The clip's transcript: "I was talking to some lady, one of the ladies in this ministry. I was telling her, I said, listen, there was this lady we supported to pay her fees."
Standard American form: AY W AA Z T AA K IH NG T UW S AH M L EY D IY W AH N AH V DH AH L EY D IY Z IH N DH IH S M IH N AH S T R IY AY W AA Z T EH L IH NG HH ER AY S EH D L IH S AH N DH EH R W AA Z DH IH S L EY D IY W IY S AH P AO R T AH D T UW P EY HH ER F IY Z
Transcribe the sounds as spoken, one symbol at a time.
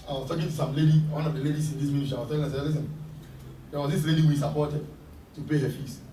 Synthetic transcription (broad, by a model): AY W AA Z T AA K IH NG T UW S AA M L EY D IY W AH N AH V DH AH L EY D IY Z IH N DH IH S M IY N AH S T IY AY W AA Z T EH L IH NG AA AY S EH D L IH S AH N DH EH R W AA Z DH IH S L EY D IY W IY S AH P AO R T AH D T UW P EY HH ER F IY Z